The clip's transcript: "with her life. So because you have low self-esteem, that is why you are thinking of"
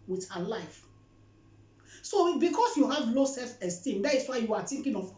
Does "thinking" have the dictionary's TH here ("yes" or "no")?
no